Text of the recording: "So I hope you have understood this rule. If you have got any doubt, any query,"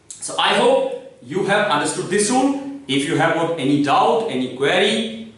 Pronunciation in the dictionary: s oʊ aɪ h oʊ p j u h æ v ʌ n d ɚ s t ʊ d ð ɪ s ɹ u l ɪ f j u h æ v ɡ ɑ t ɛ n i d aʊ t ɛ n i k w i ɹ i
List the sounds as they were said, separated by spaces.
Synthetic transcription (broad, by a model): s oʊ aɪ h oʊ p j u h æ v ʌ n d ɚ s t ʊ d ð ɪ s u n ɪ f j u h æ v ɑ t ɛ n i d aʊ t ɛ n i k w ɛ ɹ i